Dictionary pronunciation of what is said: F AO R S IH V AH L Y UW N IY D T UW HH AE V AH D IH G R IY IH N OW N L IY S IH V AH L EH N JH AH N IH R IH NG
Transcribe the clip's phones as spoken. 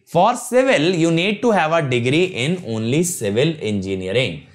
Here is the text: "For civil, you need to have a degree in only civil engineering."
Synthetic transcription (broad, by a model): F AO R S IH V AH L Y UW N IY D T UW HH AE V AH D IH G R IY IH N OW N L IY S IH V AH L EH N JH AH N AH R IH NG